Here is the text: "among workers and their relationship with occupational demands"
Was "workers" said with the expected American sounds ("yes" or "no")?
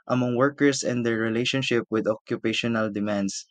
no